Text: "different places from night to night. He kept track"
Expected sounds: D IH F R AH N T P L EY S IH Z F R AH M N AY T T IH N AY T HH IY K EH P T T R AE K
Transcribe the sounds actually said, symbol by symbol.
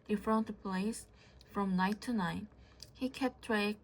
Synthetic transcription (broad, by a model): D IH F R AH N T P AH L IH S F R AH M N AY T T IH N AY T HH IY K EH P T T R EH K